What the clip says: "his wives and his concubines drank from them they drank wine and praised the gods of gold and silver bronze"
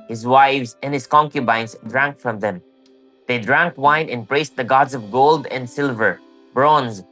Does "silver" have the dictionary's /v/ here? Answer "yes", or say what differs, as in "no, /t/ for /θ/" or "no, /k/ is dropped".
yes